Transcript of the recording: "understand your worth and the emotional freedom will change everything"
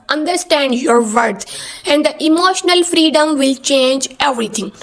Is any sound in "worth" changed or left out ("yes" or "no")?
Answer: yes